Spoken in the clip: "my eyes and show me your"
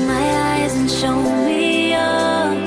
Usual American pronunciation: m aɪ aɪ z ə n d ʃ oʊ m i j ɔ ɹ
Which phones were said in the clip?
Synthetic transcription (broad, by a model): m aɪ aɪ z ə n ʃ oʊ m i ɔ